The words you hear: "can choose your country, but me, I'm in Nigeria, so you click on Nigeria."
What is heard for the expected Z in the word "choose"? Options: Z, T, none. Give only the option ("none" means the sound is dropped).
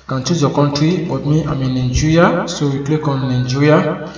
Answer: none